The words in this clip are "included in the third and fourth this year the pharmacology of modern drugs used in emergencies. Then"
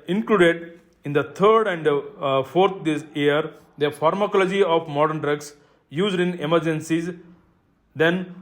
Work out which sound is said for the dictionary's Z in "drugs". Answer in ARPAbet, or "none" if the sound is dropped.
S